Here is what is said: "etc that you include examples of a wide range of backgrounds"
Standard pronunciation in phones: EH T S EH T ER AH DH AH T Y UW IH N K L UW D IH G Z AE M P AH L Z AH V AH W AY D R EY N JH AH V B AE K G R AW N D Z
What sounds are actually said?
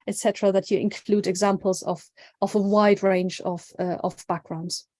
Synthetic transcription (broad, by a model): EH T S EH T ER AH DH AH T Y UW IH N K L UW D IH G Z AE M P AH L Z AH V AH W AY D R EY N JH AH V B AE K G R AW N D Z